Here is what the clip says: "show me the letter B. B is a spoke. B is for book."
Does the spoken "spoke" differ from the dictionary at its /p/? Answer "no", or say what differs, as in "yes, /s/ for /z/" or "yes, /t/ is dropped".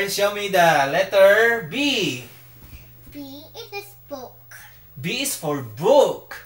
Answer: yes, /b/ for /p/